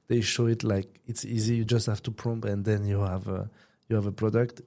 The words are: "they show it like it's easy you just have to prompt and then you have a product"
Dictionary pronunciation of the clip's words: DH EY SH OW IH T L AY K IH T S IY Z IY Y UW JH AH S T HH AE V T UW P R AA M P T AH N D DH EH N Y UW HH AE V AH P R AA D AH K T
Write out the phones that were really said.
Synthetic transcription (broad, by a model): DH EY SH OW IH T L AY K IH T S IY Z IY Y UW JH AH S T HH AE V T UW P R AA M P AH N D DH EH N Y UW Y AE V AH P R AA D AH K T